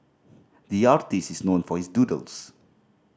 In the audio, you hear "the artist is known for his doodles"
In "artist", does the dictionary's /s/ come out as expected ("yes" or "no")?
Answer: yes